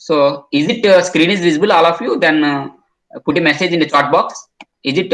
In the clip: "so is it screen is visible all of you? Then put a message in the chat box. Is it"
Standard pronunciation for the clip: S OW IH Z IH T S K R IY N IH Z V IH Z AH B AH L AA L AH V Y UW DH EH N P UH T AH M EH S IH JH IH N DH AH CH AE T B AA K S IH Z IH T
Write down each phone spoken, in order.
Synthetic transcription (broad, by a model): S OW IH Z IH T S K R IY N IH Z V IH Z AH B AH L AA L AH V Y UW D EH N P UH T AH M EH S IH JH IH N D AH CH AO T B AA K S IH Z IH T